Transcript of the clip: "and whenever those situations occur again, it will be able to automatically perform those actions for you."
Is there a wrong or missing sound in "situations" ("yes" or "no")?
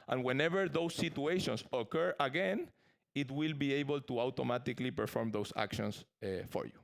yes